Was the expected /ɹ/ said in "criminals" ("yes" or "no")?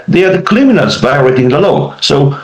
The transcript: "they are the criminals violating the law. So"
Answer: no